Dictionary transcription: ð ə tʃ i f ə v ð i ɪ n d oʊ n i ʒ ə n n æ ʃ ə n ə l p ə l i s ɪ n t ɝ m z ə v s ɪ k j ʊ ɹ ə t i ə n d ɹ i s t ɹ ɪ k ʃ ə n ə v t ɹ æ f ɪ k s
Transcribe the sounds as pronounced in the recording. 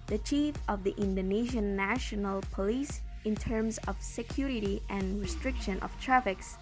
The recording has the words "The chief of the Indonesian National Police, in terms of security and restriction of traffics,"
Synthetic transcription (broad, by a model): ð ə tʃ i f ə v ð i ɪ n d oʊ n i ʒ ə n n æ ʃ ə n ə l p ə l i s ɪ n t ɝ m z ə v s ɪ k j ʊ ɹ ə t i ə n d ɹ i s t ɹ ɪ k ʃ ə n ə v t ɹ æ f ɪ k s